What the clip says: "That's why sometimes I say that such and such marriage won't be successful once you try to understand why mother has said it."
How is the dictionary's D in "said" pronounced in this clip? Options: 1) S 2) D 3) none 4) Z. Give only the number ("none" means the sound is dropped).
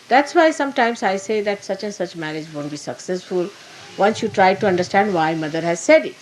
2